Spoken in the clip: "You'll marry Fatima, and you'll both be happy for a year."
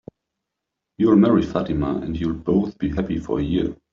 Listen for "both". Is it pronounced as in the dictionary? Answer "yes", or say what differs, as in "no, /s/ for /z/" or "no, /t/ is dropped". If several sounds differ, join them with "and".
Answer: yes